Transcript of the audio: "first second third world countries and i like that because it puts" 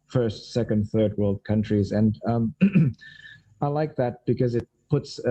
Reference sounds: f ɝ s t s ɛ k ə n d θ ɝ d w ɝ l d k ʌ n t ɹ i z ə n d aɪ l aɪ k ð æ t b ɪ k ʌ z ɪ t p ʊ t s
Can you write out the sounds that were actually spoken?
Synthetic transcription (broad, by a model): f ɝ s t s ɛ k ə n d θ ɝ d w ɝ l d k ʌ n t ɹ i z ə n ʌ aɪ l aɪ k ð æ t b ɪ k ʌ z ɪ t p ʊ t s